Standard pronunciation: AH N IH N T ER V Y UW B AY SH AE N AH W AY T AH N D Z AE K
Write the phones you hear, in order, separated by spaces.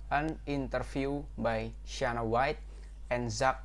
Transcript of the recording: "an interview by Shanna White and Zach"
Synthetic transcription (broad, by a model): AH N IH N T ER F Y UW B AY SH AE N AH W AY T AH N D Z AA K